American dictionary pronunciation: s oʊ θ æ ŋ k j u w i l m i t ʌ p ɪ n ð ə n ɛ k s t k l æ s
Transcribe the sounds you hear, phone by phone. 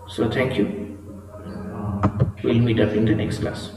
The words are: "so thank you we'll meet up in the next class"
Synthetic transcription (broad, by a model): s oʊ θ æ ŋ k j u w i n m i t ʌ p ɪ n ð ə n ɛ k s t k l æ s